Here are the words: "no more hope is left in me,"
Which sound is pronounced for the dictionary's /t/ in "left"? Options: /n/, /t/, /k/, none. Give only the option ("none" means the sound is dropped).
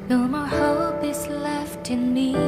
/t/